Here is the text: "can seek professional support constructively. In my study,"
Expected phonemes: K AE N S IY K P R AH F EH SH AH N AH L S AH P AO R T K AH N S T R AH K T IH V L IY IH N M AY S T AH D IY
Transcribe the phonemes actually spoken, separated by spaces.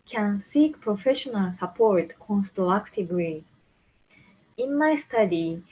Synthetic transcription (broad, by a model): K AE N S IY K P R AH F EH SH AH N AH L S AH P AO R T K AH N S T L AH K T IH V L IY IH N M AY S T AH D IY